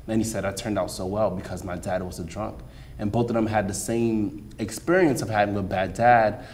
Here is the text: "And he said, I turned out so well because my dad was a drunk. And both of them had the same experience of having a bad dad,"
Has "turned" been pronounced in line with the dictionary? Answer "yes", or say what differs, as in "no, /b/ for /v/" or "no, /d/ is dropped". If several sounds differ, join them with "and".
yes